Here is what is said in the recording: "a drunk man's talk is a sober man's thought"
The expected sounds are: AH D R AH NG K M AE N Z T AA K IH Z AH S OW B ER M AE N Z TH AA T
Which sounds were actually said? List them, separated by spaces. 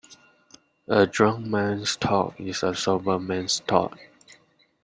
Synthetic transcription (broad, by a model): AH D R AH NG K M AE N S T AA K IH S AH S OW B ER M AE N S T AA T